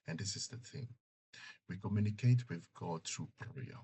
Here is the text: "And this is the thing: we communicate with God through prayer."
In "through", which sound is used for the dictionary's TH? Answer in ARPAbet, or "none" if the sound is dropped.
T